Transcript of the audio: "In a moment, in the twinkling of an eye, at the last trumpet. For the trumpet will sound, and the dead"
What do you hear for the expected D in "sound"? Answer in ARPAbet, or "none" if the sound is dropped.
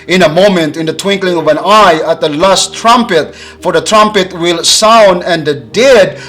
D